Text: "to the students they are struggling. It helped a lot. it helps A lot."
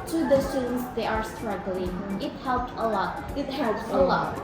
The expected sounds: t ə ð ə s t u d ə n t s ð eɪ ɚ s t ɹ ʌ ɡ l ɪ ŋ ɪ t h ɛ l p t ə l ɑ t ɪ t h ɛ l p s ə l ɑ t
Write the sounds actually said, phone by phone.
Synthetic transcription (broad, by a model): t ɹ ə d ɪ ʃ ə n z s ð eɪ ɚ s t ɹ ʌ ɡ l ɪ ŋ ɪ t h ɛ l p t ə l ɑ t ɪ t h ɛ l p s ə l ɑ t